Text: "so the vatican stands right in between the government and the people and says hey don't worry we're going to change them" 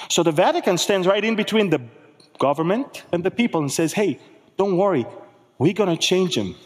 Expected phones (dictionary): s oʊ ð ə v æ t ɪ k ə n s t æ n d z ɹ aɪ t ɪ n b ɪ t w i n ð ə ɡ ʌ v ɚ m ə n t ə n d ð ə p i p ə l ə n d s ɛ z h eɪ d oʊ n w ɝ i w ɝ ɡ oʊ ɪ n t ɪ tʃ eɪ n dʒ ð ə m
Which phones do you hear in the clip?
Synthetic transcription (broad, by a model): s oʊ ð ə v æ t ɪ k ə n s t æ n d z ɹ aɪ t ɪ n b ɪ t w i n ð ə ɡ ʌ v ɚ m ə n t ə n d ð ə p i p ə l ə n s ɛ z h eɪ d oʊ n w ɝ i w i ɡ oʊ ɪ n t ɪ tʃ eɪ n dʒ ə m